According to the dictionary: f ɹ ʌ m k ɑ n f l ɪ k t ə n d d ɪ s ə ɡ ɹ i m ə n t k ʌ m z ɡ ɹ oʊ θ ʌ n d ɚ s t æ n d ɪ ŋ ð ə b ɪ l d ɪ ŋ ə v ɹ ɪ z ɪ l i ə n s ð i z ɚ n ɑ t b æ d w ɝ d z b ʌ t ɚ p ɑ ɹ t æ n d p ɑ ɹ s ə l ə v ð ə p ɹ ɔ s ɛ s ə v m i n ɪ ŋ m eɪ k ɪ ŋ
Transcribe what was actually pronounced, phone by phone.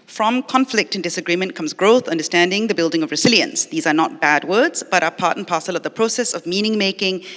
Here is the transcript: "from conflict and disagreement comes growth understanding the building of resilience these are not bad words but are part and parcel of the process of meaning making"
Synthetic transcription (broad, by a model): f ɹ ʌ m k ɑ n f l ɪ k t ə n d d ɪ s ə ɡ ɹ i m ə n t k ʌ m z ɡ ɹ oʊ θ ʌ n d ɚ s t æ n d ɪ ŋ ð ə b ɪ l d ɪ ŋ ə v ɹ ɪ z ɪ l i ə n s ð i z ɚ n ɑ t b æ d w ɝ d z b ʌ t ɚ p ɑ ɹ t n p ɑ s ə l ə v ð ə p ɹ ɔ s ɛ s ə v m i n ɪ ŋ m eɪ k ɪ ŋ